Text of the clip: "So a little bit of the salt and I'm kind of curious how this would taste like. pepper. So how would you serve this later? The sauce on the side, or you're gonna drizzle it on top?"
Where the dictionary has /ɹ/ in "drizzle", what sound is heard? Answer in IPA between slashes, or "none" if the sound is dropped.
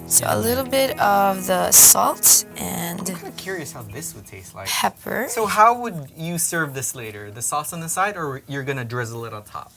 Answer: /ɹ/